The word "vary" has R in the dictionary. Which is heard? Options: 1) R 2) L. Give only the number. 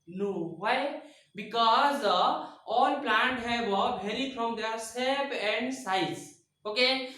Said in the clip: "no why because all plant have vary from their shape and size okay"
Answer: 2